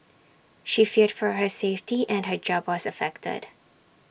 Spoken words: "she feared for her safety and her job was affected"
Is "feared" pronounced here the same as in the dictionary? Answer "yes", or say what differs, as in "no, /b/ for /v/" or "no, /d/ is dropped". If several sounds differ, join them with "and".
yes